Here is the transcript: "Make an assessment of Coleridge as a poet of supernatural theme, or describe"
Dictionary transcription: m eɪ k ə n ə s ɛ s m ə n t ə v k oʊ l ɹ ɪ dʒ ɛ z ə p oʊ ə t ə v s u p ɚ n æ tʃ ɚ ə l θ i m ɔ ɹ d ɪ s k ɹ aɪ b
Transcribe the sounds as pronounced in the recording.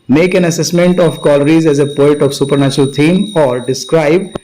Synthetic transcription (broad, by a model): m eɪ k ə n ə s ɛ s m ə n t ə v k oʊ l ɹ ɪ z ɛ z ə p oʊ ə t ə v s u p ɚ n æ tʃ ɚ ə l t i m ɔ ɹ d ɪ s k ɹ aɪ b